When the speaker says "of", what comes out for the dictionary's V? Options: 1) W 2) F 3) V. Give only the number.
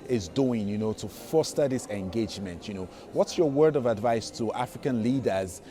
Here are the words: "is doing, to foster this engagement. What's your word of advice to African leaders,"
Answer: 3